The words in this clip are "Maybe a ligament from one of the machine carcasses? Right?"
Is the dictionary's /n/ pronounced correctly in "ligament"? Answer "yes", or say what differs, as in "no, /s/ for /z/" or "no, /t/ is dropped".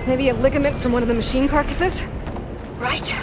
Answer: yes